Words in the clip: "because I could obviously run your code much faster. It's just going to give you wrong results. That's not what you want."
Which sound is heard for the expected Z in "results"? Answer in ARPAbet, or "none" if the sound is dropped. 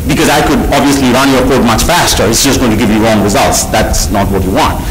Z